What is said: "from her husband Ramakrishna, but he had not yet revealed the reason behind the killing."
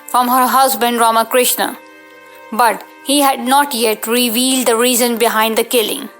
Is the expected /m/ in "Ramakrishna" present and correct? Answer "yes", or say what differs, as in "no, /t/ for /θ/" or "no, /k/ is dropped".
yes